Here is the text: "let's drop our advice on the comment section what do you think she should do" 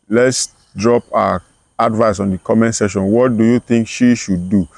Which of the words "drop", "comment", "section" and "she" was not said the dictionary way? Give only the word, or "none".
section